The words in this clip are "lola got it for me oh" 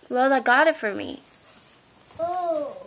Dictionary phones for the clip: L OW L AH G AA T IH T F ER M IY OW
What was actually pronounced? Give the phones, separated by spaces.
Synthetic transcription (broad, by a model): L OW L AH G AA T IH T F ER M IY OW